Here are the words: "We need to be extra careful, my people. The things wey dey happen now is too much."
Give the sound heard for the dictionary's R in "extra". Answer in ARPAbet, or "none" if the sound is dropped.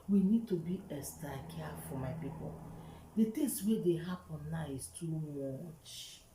none